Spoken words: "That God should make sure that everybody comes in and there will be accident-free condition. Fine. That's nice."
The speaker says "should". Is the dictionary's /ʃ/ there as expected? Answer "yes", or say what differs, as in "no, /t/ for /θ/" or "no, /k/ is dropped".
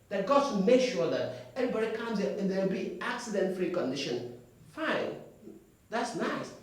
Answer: no, /s/ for /ʃ/